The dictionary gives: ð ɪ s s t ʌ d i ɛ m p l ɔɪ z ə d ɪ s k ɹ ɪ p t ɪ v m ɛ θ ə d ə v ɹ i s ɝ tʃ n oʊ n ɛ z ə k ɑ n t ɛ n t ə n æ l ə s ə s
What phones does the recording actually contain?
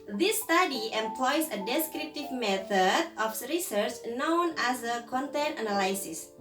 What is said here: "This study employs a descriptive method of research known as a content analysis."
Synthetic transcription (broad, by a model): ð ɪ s s t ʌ d i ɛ m p l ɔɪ s ə d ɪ s k ɹ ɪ p t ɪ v m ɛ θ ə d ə f ɹ i s ɝ tʃ n oʊ n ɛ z ə k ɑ n t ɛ n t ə n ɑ l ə s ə s